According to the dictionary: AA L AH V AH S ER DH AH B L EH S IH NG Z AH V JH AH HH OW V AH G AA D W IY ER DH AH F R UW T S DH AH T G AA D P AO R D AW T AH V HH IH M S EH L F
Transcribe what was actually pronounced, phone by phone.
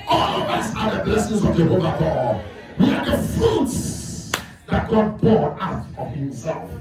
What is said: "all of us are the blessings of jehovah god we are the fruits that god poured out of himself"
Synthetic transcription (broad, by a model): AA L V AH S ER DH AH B L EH S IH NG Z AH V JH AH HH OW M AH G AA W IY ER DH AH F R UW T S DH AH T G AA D B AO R AW T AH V HH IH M S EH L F